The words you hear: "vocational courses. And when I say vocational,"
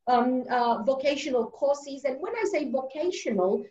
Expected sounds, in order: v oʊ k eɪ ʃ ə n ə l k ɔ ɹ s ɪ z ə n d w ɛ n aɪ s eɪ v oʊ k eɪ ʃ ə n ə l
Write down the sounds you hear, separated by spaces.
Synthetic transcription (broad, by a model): v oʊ k eɪ ʃ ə n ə l k ɔ ɹ s ɪ z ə n w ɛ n aɪ s eɪ v oʊ k eɪ ʃ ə n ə l